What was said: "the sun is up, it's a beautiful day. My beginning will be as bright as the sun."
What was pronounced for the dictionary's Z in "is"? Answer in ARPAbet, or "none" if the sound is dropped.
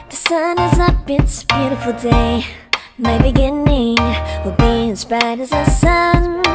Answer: Z